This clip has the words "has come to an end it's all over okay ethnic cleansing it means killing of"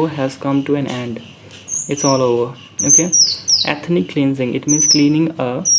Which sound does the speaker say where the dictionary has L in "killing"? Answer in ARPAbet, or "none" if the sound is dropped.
N